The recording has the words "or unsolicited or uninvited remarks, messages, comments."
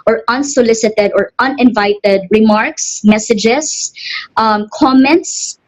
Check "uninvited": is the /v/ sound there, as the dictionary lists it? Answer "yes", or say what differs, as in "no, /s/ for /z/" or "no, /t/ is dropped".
yes